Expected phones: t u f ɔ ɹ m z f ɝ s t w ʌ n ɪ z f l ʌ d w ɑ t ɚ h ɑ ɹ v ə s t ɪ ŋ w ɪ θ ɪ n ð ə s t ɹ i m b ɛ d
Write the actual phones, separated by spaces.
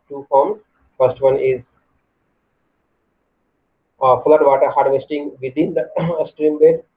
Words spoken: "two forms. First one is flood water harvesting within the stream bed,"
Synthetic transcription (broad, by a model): t u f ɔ ɹ m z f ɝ s t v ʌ n ɪ z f l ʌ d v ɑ t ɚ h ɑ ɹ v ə s t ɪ ŋ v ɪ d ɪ n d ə s t ɹ i m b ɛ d